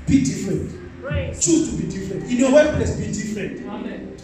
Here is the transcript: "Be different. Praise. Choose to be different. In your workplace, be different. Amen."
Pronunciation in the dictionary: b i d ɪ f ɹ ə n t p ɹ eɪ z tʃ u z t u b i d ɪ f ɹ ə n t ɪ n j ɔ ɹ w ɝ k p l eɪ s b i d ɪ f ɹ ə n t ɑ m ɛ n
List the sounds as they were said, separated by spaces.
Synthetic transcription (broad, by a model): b i d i f ɹ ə n t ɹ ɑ tʃ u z t u b i d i f ɹ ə n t ɪ n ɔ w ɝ p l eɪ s b i d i f ɹ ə n t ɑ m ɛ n